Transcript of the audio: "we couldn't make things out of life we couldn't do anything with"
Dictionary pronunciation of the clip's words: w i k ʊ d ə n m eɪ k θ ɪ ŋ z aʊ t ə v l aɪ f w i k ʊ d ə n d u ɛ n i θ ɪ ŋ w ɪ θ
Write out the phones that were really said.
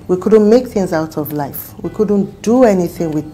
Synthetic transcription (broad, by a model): w i k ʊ d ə n m eɪ k θ ɪ ŋ z aʊ t ə v l aɪ f w i k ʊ d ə n d u ɛ n i θ ɪ ŋ w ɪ